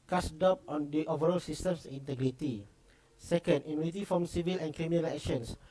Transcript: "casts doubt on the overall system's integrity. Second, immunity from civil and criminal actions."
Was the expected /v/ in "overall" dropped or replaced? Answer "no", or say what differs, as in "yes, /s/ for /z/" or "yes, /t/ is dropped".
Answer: no